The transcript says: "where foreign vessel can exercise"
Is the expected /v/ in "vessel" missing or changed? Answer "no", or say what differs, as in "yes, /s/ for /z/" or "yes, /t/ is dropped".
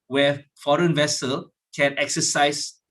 no